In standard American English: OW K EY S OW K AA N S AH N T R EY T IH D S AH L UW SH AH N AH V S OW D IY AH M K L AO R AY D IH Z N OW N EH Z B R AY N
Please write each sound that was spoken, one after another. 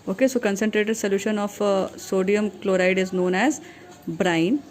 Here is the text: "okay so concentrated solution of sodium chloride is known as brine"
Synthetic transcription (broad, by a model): OW K EY S OW K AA N S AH N T R EY T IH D S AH L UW SH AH N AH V S OW D IY AH M K L AO R AY D IH Z N OW N EH Z B R AY N